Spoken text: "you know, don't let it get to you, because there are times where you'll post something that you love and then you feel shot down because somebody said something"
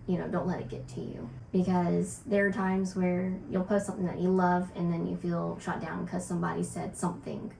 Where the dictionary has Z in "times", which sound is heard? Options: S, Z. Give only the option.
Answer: Z